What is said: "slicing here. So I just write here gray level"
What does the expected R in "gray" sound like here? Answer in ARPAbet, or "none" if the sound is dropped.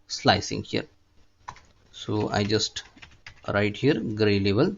R